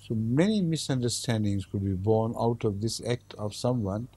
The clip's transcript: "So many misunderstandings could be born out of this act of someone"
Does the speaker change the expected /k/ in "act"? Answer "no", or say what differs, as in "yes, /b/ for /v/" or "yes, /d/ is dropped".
no